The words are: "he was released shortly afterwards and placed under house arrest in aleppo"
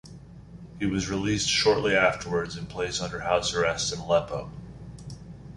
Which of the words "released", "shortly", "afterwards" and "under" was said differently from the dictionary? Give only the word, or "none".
none